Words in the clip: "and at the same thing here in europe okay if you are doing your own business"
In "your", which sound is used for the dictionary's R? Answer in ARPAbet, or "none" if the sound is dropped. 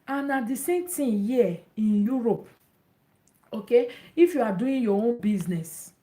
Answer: W